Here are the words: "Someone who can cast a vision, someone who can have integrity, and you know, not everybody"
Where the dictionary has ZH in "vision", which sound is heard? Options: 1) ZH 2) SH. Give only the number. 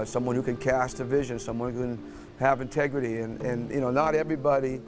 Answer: 1